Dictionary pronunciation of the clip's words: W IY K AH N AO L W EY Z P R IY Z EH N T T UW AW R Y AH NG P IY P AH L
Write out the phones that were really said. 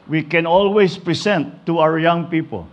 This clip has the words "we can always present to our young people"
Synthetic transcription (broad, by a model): W IY K AH N AO L W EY S P R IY S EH N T T UW AW R Y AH NG P IY P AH L